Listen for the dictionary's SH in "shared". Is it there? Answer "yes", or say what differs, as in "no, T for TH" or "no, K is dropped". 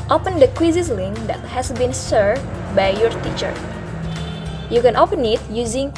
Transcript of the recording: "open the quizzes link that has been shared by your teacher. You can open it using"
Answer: no, S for SH